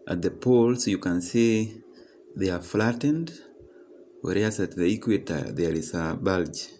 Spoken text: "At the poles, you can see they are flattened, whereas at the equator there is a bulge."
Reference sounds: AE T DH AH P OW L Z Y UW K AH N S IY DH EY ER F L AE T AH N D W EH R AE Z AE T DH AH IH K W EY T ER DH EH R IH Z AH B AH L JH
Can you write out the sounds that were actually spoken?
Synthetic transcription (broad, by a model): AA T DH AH P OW L S Y UW K AH N S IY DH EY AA F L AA T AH N D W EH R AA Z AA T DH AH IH K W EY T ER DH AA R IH S AH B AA L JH